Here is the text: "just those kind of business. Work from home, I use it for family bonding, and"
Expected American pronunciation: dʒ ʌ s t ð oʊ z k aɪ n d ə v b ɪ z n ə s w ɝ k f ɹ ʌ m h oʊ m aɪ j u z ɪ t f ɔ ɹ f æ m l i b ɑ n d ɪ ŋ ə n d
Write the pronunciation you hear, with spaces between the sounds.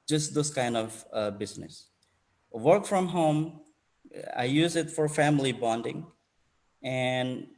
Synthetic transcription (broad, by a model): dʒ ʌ s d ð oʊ s k aɪ n d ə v b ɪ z n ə s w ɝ k f ɹ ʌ m h oʊ m aɪ j u z ɪ t f ɔ ɹ f æ m l i b ɑ n d ɪ ŋ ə n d